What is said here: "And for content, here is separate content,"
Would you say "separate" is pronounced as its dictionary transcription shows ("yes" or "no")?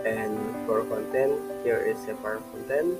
no